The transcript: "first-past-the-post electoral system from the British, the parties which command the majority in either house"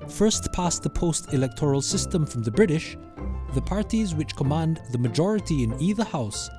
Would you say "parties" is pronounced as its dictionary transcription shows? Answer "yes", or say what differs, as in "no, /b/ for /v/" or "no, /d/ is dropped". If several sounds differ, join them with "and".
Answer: yes